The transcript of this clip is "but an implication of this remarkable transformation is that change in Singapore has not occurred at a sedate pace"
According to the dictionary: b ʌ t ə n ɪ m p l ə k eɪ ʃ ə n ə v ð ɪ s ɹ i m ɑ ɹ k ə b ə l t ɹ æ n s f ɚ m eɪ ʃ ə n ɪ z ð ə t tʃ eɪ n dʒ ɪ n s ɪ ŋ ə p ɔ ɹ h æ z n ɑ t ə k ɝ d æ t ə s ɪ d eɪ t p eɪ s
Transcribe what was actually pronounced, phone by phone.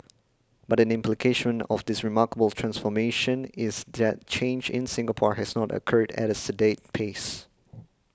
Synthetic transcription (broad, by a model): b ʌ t ə n ɪ m p l ə k eɪ ʃ ə n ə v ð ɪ s ɹ i m ɑ ɹ k ə b ə l t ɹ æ n s f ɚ m eɪ ʃ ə n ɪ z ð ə t tʃ eɪ n dʒ ɪ n s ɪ ŋ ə p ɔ ɹ h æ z n ɑ t ə k ɝ d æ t ə s ɪ d eɪ t p eɪ s